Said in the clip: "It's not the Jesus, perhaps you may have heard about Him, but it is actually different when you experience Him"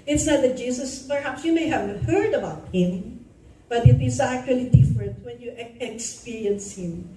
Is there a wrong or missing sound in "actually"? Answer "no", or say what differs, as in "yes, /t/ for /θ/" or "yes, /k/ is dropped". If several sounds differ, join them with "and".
no